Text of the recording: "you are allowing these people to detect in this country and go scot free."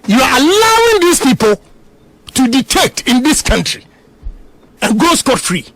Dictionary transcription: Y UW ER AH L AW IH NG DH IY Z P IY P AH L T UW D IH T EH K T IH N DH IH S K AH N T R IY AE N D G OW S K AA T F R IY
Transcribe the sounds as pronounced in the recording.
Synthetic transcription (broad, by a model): Y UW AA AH L AW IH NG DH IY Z P IY P AH L T UW D IH T EH K T IH N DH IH S K AH N T R IY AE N G OW S K AA T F R IY